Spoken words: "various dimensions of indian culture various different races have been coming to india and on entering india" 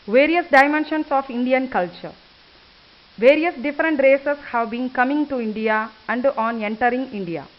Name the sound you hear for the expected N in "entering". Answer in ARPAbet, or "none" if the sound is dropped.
N